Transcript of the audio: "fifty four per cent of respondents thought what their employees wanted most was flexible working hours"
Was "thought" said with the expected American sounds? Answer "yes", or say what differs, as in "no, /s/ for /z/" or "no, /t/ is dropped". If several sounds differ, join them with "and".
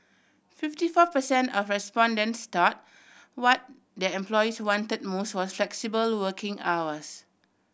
no, /t/ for /θ/